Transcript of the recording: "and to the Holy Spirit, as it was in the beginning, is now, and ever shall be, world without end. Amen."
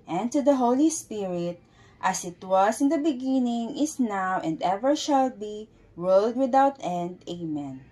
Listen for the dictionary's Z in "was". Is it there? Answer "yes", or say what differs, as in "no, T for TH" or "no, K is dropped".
no, S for Z